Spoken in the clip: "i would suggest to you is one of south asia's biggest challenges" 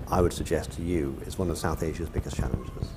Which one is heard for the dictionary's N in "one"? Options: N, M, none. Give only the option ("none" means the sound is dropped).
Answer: N